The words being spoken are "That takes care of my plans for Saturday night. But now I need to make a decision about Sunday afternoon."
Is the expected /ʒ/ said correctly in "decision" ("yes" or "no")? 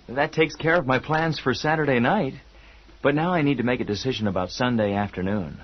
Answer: yes